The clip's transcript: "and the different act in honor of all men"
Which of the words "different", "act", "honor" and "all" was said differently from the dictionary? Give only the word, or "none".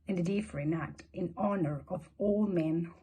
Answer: different